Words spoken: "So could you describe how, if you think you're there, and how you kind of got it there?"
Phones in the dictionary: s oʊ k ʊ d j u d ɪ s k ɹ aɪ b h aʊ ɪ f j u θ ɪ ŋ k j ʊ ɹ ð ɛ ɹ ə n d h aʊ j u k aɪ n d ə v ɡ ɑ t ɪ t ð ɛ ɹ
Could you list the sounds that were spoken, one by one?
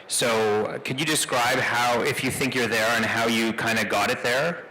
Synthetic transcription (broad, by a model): s oʊ k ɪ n j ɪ d ɪ s k ɹ aɪ b h aʊ ɪ f j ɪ θ ɪ ŋ k j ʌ ɹ ð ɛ ɹ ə n h aʊ j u k aɪ n d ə ɡ ɑ t ɪ t ð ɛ ɹ